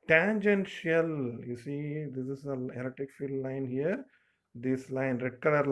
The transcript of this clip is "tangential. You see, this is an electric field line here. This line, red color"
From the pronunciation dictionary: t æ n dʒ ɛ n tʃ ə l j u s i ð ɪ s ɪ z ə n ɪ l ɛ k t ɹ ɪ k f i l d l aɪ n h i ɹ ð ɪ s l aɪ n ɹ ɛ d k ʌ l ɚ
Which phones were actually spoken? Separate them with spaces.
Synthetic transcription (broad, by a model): t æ n dʒ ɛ n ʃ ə l j u s i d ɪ s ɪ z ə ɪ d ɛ t ɪ k f i l d l aɪ n h i ɹ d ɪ s l aɪ n ɹ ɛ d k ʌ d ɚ